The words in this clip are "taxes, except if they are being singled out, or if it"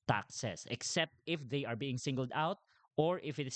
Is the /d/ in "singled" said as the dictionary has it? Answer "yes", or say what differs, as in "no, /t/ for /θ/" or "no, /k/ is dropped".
yes